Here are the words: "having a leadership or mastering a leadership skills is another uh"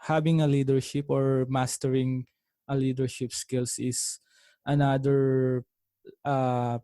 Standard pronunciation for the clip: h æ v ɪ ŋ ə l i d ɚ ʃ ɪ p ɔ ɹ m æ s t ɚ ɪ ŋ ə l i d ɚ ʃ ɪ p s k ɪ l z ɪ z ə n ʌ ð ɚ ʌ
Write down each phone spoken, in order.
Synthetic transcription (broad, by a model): h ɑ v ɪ ŋ ə l i d ɚ ʃ ɪ p ɔ ɹ m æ s t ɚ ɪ ŋ ə l i d ɚ ʃ ɪ p s k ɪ l s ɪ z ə n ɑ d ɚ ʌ